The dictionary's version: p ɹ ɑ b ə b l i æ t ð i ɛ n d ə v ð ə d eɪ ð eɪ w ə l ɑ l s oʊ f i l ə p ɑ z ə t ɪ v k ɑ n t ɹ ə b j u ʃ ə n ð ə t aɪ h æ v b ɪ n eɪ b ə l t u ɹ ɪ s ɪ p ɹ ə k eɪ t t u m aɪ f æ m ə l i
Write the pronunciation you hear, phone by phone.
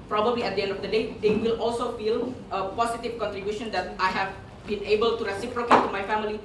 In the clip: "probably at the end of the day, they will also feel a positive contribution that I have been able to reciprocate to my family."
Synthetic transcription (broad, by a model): p ɹ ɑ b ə b l i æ t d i ɛ n d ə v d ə d eɪ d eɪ w ə l ɑ l s oʊ f i l ə p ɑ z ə t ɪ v k ɑ n t ɹ ə b j u ʃ ə n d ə t aɪ h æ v b ɪ n eɪ b ə l t u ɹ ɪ s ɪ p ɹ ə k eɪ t t u m aɪ f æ m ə l i